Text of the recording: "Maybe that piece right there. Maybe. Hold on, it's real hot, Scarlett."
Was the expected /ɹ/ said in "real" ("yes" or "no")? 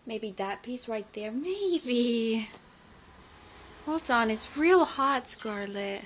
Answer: yes